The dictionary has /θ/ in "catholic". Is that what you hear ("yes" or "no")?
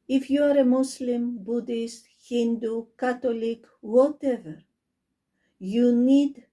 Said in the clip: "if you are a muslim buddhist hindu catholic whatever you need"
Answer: no